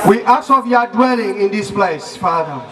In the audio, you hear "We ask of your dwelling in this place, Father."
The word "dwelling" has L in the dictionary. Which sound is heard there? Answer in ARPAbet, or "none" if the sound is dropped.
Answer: L